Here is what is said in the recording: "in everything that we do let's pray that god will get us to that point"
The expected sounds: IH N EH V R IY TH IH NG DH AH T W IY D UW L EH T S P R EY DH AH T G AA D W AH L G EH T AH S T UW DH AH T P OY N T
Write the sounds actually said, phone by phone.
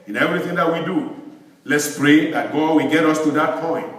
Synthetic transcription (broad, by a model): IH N EH V R IY TH IH NG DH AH T W IY D UW L EH T S P R EY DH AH T G AA D W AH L G EH T AH S T UW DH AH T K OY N